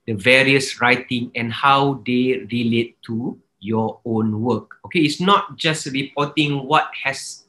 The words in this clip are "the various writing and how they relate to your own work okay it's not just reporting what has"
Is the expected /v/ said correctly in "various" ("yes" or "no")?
yes